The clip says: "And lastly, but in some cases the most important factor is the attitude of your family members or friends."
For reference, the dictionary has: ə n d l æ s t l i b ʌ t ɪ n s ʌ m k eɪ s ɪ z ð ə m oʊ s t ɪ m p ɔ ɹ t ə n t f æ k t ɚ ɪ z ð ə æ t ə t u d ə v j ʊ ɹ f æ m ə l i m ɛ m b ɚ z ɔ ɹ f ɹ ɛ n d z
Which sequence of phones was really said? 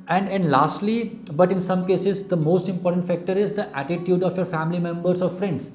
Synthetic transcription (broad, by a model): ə n d l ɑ s t l i b ʌ t ɪ n s ʌ m k eɪ s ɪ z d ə m oʊ s t ɪ m p ɔ ɹ t ə n t f æ k t ɚ ɪ z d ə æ t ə t u d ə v j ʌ ɹ f æ m ə l i m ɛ m b ɚ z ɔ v f ɹ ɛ n d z